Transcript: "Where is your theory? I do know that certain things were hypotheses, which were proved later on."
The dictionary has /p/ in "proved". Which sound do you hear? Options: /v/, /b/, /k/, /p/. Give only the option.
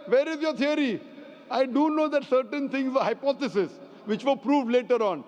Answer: /p/